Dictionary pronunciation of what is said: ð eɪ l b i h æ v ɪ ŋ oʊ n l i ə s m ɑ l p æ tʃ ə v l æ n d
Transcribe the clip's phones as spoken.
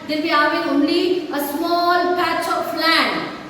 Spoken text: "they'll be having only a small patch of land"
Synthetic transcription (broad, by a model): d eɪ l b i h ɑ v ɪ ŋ oʊ n l i ə s m ɑ l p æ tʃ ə p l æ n